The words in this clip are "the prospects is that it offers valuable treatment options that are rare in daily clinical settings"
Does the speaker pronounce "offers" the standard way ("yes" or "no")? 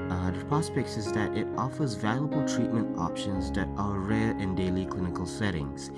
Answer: yes